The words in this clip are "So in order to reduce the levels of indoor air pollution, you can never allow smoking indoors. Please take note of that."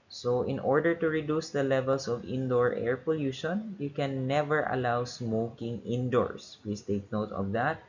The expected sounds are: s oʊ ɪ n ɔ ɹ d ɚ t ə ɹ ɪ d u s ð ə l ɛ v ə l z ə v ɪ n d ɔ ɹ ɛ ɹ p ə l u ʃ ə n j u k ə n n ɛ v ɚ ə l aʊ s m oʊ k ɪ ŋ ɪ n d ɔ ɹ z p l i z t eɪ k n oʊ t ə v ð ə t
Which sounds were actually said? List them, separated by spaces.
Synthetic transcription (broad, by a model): s oʊ ɪ n ɔ ɹ d ɚ t ə ɹ ɪ d u s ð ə l ɛ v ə l s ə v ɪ n d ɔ ɹ ɛ ɹ p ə l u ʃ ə n j u k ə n n ɛ v ɚ ə l aʊ s m oʊ k ɪ ŋ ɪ n d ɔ ɹ s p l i s t eɪ k n oʊ t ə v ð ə t